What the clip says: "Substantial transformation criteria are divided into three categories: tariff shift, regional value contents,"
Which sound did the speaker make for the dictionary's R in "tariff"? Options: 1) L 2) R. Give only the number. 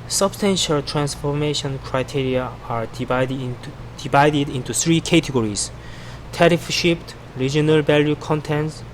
2